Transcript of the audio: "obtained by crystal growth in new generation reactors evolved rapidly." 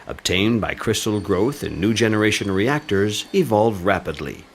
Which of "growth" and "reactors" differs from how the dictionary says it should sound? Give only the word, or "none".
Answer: none